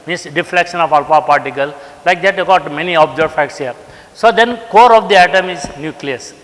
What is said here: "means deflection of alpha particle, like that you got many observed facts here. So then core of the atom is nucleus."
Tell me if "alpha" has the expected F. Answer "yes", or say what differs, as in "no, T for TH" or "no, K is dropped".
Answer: no, P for F